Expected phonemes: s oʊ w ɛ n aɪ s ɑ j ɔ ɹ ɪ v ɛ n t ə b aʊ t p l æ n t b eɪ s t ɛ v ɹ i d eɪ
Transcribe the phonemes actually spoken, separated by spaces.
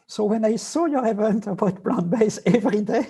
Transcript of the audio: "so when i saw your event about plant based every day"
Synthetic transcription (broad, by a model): s oʊ w ɛ n aɪ s ɑ j ɔ ɹ ɪ v ɛ n t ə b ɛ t b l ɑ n b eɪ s ɛ v ɹ i d eɪ